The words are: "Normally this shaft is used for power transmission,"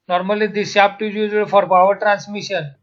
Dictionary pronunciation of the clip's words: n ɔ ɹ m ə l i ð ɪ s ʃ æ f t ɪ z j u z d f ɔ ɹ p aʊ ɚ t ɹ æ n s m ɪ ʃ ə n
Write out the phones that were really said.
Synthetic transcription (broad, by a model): n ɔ ɹ m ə l i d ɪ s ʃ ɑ p t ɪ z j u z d f ɔ ɹ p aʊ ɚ t ɹ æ n s m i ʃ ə n